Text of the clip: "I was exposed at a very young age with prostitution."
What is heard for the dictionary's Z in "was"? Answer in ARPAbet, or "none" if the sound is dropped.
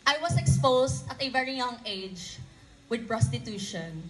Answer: S